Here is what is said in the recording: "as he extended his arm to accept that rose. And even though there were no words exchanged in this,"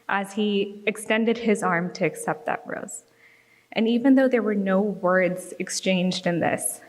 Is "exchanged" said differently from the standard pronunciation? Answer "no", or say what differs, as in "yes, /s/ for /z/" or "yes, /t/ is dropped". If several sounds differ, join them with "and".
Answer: no